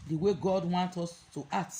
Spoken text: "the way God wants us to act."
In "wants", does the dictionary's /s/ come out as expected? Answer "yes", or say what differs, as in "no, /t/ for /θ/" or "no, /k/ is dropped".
no, /s/ is dropped